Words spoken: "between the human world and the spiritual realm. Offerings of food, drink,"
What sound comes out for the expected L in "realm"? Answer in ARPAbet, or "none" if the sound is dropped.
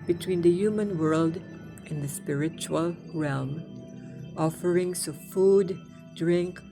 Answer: L